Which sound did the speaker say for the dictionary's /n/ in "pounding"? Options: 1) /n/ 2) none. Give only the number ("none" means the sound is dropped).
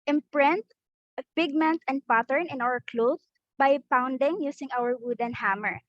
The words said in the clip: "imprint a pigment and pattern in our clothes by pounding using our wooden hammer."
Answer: 1